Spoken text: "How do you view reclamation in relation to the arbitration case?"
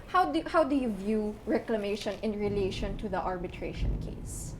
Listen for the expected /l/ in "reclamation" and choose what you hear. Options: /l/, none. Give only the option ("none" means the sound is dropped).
/l/